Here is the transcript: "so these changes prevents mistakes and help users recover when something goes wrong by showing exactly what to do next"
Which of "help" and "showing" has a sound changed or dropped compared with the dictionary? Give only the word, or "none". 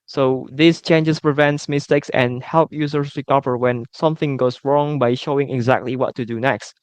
none